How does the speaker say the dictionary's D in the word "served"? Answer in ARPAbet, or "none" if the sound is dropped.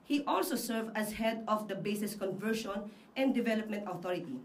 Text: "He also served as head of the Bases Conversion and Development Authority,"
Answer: none